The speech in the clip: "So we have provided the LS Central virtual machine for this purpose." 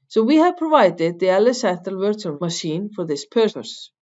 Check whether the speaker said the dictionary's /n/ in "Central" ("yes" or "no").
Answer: no